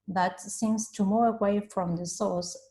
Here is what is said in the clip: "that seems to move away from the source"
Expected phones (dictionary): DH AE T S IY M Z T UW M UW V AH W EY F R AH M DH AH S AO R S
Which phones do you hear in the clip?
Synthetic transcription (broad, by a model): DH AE T S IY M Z T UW M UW AH W EY F R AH M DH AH S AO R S